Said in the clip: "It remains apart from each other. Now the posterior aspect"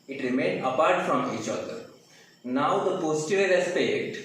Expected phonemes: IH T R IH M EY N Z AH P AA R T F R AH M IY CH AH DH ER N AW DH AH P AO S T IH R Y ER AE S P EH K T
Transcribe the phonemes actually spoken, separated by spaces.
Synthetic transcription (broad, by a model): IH T R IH M EY N AH P AA R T F R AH M IY CH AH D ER N AW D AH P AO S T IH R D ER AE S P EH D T